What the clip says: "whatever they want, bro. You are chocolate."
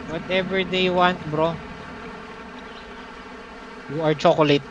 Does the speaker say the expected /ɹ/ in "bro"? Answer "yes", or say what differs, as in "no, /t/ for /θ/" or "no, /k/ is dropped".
yes